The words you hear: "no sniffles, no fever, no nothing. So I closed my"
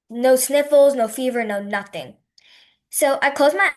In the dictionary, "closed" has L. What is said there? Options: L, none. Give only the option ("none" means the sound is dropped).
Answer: none